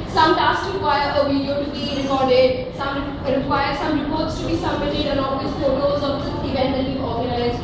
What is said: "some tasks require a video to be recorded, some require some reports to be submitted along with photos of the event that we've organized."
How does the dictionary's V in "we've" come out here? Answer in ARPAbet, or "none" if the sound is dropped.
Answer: none